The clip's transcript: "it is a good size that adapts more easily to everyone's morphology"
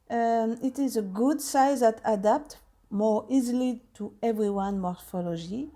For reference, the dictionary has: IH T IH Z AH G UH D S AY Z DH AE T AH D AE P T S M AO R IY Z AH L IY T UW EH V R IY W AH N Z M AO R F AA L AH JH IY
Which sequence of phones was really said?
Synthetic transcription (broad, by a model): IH T IH Z AH G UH D S AY Z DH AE T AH D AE P T M AO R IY Z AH L IY T UW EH V R IY W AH N M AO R F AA L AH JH IY